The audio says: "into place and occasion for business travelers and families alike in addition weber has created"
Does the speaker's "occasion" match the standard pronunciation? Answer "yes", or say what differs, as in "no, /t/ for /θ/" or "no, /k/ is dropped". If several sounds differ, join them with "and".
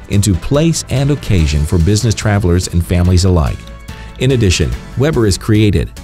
yes